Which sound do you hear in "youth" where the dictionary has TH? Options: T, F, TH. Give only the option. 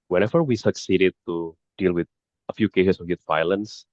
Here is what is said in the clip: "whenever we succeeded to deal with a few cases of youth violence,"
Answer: T